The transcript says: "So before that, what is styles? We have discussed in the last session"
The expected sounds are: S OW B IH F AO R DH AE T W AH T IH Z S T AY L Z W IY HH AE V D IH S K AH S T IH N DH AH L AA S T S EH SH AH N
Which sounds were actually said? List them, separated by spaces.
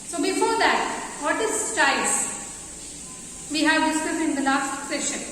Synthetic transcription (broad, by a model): S OW B IH F AO R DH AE T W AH T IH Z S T AY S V IY HH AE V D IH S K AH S IH N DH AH L AA S T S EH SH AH N